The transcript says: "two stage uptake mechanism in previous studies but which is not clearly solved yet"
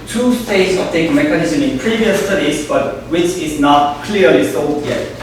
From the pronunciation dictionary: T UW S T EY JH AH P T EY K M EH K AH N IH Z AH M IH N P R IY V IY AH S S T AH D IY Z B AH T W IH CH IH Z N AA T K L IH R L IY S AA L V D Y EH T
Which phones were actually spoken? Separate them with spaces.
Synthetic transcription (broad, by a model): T UW S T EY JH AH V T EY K M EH K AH N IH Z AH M IH N P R IY V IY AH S S T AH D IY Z B AH T W IH CH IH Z N AA T K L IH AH L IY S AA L D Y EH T